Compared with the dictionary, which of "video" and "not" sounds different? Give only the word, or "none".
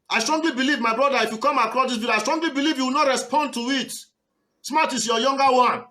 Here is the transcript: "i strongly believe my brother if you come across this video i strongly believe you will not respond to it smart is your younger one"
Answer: video